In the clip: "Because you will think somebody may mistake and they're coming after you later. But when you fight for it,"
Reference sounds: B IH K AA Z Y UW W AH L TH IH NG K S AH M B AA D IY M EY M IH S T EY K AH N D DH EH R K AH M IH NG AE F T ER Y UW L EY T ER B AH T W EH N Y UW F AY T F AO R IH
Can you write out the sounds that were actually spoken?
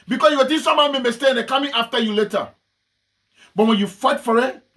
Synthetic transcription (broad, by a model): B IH K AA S Y UW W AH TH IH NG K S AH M AA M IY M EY S T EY AH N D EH K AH M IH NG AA F T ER Y UW L EY T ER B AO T W EH N Y UW F AY T F AO R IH